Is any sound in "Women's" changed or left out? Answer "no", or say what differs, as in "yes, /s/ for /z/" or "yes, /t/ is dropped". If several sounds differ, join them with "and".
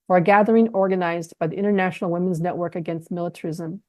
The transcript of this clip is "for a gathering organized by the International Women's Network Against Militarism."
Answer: no